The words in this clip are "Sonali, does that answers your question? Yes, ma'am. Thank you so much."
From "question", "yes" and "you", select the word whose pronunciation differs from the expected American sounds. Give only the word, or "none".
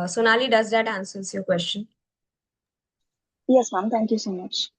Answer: none